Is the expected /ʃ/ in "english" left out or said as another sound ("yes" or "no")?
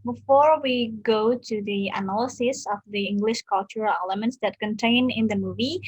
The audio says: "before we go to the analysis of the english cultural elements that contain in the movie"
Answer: no